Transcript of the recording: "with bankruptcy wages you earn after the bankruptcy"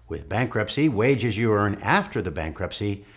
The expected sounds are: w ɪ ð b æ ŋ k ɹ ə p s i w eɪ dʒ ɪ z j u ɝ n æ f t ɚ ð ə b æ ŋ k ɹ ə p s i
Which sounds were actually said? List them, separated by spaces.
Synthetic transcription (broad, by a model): w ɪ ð b æ ŋ k ɹ ə p s i w eɪ dʒ ɪ z j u ɝ n æ f t ɚ ð ə b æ ŋ k ɹ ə p s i